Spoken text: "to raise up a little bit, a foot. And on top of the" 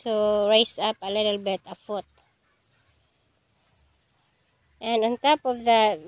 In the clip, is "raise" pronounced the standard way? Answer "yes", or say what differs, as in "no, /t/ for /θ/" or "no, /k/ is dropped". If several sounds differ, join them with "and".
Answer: no, /s/ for /z/